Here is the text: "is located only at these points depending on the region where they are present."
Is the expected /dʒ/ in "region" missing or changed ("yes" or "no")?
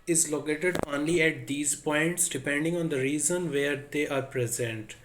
yes